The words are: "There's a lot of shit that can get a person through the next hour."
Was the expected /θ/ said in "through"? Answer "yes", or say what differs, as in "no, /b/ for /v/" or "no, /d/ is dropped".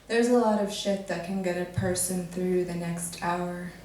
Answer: yes